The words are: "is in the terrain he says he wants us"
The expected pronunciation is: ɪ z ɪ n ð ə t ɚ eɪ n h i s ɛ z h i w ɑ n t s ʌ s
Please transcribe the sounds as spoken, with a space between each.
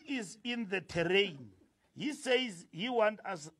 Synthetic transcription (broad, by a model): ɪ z ɪ n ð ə t ɚ eɪ n h i s ɛ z h i w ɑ n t ʌ s